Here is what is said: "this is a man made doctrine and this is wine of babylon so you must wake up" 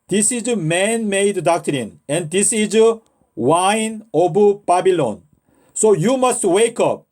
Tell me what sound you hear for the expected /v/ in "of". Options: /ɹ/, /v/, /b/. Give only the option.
/b/